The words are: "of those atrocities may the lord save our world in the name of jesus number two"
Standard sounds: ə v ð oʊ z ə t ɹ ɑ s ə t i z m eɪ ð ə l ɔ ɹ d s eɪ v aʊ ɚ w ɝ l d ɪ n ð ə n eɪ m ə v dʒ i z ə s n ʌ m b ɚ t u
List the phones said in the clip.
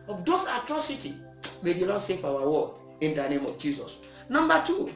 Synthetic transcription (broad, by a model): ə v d oʊ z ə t ɹ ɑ s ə t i m eɪ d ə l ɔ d s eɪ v aʊ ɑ w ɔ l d ɪ n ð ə n eɪ m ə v dʒ i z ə s n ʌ m b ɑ t u